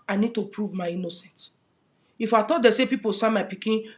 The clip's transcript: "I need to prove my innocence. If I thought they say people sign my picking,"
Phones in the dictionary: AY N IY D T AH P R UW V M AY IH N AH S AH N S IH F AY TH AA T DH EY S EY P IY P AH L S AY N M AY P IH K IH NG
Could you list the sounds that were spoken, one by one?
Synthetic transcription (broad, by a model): AY N IY D T AH P R UW V M AY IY N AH S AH N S IH F AY T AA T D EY S EY P IY P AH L S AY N M AY P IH K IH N